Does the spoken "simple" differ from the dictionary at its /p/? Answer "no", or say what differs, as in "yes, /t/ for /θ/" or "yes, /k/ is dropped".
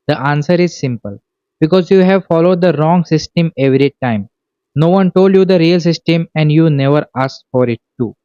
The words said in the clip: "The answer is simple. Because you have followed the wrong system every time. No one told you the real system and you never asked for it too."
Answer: no